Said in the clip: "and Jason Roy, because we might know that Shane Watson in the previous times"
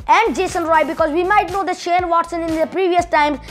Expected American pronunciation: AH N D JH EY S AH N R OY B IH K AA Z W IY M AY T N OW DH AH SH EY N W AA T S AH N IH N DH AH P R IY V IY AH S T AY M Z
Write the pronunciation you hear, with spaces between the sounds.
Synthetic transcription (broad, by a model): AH N D JH EY S AH N R OY B IH K AA Z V IY M AY T N OW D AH SH EY N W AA T S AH N IH N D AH P R IY V IY AH S T AY M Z